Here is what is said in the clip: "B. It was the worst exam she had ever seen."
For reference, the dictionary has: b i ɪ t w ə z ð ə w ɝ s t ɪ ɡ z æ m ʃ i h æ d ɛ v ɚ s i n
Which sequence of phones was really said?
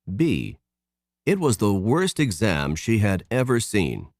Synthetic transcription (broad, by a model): b i ɪ t w ə z ð ə w ɝ s t ɪ ɡ z æ m ʃ i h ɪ d ɛ v ɚ s i n